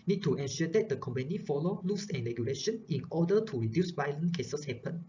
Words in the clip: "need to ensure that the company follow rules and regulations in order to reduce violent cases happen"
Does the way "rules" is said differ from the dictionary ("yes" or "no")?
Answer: yes